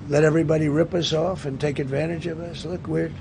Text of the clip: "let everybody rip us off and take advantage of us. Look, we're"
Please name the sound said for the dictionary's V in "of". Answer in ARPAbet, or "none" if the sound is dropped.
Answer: V